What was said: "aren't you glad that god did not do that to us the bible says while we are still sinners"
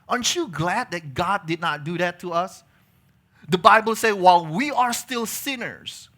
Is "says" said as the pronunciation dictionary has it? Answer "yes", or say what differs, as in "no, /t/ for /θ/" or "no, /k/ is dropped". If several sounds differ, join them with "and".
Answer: no, /z/ is dropped